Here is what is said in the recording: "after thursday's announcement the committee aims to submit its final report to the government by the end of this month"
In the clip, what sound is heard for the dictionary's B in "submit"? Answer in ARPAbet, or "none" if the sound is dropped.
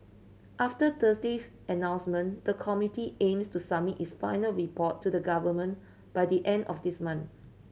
none